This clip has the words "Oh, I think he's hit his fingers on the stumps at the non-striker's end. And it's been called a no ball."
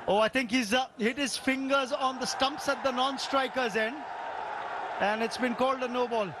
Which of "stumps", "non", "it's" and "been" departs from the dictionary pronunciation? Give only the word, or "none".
none